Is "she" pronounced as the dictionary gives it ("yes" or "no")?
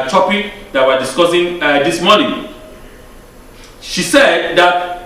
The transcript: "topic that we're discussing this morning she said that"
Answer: yes